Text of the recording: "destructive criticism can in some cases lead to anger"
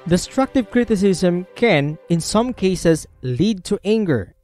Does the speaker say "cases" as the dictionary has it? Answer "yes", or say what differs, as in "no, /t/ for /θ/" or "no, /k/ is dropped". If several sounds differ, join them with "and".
no, /s/ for /z/